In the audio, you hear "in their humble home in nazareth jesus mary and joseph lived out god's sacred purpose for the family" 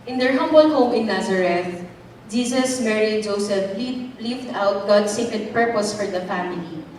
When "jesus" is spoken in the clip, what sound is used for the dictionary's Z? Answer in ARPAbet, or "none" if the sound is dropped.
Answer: S